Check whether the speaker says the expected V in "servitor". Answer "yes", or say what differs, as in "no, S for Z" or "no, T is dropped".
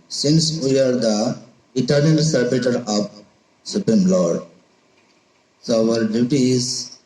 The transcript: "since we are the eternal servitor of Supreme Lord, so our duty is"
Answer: no, B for V